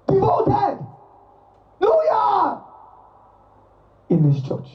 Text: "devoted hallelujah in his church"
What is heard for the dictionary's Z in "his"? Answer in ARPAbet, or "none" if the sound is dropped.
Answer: S